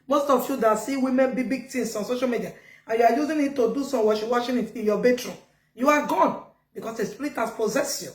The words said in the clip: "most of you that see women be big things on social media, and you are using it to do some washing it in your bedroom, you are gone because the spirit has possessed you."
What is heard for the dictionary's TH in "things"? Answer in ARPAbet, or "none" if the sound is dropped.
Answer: T